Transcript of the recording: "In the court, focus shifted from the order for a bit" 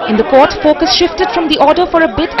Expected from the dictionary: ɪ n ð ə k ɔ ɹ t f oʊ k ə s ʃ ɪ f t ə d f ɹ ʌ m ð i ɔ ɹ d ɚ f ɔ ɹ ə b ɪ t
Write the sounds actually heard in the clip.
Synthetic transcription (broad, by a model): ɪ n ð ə k ɔ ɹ t f oʊ k ə s ʃ ɪ f t ə d f ɹ ʌ m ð i ɔ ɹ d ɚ f ɔ ɹ ə b ɪ t